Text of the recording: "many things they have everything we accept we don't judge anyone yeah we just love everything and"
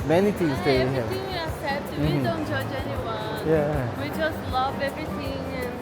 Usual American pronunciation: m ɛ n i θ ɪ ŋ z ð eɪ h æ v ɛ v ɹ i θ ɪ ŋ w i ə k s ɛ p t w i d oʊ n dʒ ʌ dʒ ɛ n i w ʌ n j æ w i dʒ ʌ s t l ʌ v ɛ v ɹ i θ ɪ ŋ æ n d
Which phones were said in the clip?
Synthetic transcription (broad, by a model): m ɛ n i t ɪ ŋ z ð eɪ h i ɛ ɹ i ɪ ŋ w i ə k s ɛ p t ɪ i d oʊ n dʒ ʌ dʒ ɛ n i w ʌ n j æ w i dʒ ʌ s t l ʌ v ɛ v ɹ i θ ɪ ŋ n